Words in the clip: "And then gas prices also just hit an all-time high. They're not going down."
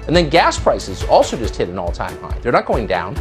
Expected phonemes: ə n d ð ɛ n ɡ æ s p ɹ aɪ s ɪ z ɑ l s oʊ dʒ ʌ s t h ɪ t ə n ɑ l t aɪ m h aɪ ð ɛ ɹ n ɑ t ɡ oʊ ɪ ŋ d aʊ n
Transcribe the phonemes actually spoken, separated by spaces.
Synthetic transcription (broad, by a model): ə n ð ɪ n ɡ æ s p ɹ aɪ s ɪ z ɑ l s oʊ dʒ ʌ s t h ɪ t ə n ɑ l t aɪ m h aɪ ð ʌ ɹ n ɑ t ɡ oʊ ɪ ŋ d aʊ n